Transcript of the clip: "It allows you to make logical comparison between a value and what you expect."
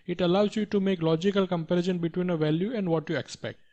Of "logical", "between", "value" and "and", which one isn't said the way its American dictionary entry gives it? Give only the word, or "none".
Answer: none